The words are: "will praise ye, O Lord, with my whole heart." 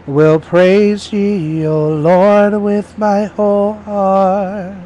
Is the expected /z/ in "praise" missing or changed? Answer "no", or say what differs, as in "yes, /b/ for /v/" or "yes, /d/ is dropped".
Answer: no